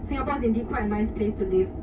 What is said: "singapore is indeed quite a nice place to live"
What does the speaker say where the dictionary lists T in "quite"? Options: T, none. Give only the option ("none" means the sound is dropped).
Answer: none